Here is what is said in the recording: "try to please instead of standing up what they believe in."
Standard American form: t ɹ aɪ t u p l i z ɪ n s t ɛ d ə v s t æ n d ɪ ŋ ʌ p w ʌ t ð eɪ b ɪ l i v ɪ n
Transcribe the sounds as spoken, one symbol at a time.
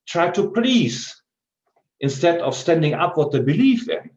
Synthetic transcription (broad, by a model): t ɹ aɪ t u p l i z ɪ n s t ɛ d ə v s t æ n d ɪ ŋ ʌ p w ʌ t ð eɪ b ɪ l i f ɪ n